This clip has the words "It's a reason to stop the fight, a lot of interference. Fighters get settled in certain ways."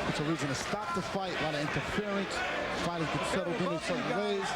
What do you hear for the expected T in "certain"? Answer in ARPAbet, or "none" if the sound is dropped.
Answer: S